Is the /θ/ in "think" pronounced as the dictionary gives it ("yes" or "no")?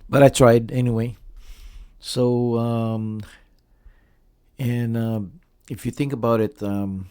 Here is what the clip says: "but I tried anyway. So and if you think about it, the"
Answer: yes